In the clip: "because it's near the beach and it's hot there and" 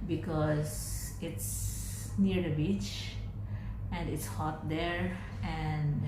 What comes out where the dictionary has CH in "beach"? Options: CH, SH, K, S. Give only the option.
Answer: CH